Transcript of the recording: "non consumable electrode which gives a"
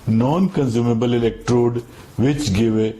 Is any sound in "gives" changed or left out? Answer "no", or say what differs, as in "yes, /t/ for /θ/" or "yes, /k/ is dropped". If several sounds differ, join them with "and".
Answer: yes, /z/ is dropped